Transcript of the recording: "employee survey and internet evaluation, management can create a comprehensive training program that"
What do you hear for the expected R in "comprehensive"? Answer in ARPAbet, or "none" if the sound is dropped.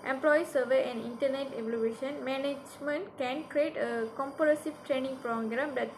none